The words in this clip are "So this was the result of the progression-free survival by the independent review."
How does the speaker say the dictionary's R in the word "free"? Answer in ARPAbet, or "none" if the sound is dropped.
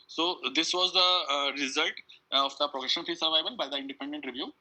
none